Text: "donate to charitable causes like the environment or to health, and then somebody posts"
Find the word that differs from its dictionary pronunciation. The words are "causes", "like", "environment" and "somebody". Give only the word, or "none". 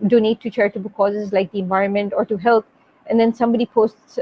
none